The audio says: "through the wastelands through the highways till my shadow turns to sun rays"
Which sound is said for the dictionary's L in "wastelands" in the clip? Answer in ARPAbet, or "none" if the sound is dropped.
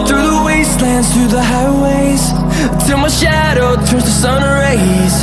L